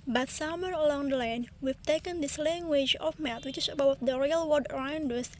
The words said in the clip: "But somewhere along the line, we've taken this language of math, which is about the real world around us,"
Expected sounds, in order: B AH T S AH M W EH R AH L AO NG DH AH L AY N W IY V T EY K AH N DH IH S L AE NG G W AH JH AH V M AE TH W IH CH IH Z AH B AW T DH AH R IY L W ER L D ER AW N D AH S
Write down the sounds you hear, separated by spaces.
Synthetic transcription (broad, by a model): B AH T S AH M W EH R AH L AO NG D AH L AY N W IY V T EY K AH N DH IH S L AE NG G W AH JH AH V M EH T W IH CH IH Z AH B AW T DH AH R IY L W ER D ER AW N D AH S